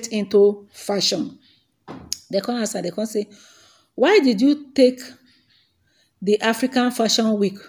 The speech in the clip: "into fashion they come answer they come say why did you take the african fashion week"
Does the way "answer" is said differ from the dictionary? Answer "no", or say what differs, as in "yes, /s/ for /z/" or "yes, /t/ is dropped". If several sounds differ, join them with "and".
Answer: yes, /n/ is dropped